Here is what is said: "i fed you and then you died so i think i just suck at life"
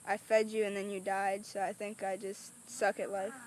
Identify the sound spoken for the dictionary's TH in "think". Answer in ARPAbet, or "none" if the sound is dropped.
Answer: TH